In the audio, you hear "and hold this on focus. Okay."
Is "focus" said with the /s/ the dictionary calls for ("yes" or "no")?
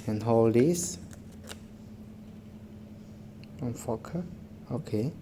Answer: no